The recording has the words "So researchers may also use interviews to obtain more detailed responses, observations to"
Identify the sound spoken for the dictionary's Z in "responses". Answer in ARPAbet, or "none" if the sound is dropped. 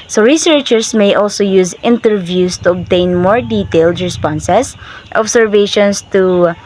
S